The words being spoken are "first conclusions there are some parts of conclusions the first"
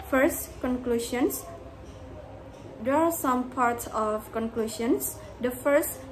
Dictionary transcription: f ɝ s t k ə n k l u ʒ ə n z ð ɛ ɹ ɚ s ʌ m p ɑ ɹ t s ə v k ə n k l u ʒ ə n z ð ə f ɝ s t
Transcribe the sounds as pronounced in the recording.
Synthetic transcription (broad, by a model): f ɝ s t k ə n k l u ʃ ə n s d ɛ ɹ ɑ s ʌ m p ɑ ɹ t s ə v k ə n k l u ʃ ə n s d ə f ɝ s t